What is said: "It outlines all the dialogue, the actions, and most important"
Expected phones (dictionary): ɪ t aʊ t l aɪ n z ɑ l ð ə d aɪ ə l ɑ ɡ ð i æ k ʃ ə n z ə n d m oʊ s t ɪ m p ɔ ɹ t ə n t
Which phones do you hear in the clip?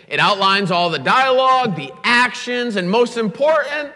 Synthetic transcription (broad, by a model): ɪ t aʊ t l aɪ n z ɑ l ð ə d aɪ ə l ɑ ɡ ð i æ k ʃ ə n z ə n m oʊ s t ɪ m p ɔ ɹ t n t